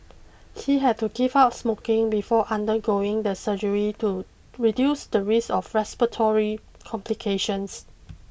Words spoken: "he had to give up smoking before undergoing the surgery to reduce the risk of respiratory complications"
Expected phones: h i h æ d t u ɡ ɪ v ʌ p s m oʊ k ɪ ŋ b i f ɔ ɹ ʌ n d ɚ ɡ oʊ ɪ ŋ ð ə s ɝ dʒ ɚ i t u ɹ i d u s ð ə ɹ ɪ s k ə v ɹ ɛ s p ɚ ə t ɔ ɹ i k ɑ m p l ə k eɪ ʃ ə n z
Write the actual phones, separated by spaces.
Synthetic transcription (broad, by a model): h i h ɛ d t u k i p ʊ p s m oʊ k ɪ ŋ b i f ɔ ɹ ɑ n d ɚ ɡ oʊ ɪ ŋ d ə s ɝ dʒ ɚ i t u ɹ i d u s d ə ɹ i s ə f ɹ ɛ s p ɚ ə t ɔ ɹ i k ɑ m p l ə k eɪ ʃ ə n s